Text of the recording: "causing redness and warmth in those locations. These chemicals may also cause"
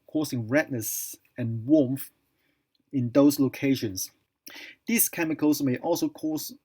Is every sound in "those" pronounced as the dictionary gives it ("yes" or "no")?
no